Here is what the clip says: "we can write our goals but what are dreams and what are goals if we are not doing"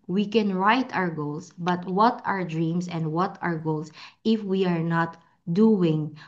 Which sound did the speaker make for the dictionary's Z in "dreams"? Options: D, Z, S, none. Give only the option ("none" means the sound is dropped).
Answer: S